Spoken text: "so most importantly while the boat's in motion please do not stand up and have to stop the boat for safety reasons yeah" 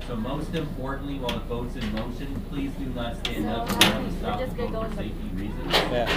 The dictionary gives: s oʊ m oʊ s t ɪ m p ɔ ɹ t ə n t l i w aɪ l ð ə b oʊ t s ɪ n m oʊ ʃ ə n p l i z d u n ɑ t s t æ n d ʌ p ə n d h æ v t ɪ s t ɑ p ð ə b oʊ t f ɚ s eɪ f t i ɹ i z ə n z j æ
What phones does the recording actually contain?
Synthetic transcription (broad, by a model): s oʊ m oʊ s t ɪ m p ɔ ɹ t n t l i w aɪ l ð ə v oʊ t s ɪ n m oʊ ʃ ə n p l i z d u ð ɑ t s t æ n d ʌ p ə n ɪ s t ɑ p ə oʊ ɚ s eɪ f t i ɹ i z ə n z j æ